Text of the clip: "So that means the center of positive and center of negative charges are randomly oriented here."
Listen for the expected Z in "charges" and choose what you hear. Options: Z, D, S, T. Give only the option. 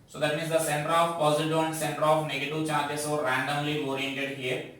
S